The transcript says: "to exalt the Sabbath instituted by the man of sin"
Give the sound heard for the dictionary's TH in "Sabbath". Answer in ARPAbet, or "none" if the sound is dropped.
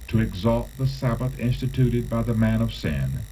TH